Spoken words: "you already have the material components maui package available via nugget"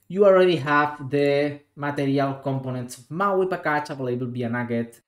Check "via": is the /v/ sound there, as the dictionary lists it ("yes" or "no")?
no